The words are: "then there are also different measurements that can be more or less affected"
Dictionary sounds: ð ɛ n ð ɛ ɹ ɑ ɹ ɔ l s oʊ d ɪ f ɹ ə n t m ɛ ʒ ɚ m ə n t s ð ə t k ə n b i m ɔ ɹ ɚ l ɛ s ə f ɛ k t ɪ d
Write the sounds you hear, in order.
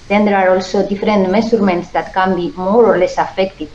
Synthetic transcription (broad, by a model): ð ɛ n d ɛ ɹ ɑ ɹ ɔ l s oʊ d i f ɹ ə n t m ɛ s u m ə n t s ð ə t k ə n b i m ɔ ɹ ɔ l ɛ s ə f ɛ k t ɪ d